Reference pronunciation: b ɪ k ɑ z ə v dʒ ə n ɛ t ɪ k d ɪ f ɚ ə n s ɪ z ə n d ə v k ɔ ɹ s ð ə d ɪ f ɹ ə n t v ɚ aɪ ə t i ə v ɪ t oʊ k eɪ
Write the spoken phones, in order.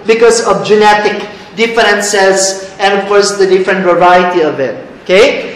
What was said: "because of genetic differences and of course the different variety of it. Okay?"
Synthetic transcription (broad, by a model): b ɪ k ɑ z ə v dʒ ə n ɛ t ɪ k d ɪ f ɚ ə n s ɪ s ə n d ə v k ɔ ɹ s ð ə d ɪ f ɹ ə n t v ɚ aɪ ə t i ə v ɪ t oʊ k eɪ